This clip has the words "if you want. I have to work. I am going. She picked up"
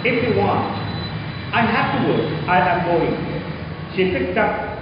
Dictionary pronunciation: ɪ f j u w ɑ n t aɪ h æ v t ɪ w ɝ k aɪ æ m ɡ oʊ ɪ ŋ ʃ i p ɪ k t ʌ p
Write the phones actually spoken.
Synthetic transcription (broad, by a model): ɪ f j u w ɑ n t aɪ h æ f t ɪ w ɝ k aɪ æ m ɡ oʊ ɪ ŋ ʃ i p ɪ k t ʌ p